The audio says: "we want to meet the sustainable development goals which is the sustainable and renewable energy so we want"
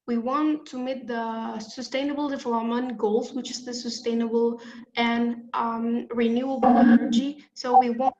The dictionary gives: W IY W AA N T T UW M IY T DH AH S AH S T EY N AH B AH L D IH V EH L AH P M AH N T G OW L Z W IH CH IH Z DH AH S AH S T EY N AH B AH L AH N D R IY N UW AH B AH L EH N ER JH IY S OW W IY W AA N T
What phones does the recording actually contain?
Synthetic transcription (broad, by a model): W IY W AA N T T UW M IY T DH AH S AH S T EY N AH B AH L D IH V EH L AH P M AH N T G OW L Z W IH CH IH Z DH AH S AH S T EY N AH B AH L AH N R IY N UW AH B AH N EH N ER JH IY S OW W IY W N